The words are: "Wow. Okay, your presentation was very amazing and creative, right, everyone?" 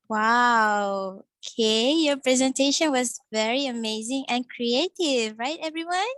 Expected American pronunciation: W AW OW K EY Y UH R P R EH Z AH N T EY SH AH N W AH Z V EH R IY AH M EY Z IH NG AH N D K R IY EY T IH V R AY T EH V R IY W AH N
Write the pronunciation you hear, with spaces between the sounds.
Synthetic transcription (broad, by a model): W AW OW K EY Y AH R P R EH Z AH N T EY SH AH N W AH Z V EH R IY AH M EY Z IH NG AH N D K R IY EY T IH V R AY T EH V R IY W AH N